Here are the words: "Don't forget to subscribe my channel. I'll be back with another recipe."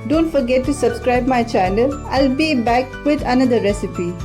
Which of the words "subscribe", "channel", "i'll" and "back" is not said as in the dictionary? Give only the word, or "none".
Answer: channel